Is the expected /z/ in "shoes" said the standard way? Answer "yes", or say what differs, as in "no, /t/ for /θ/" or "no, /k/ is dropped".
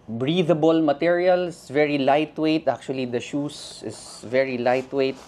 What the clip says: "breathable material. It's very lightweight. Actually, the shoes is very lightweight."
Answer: no, /s/ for /z/